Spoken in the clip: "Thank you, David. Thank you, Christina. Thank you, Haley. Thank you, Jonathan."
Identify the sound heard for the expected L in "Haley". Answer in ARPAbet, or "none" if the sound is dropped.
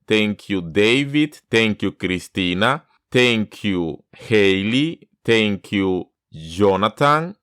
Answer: L